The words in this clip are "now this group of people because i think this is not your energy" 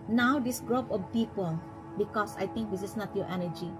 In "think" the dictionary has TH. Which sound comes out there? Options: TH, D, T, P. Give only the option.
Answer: T